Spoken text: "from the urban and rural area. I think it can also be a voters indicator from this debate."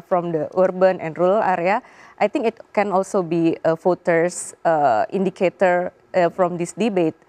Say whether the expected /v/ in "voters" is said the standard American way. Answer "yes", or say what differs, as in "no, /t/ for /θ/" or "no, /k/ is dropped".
no, /f/ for /v/